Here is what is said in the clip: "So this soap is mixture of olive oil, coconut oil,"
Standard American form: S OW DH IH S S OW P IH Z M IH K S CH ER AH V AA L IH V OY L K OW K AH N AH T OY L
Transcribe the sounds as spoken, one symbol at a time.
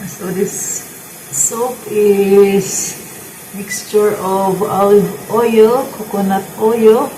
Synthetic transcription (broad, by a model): S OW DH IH S S OW P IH S M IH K S CH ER AH V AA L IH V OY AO K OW K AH N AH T OY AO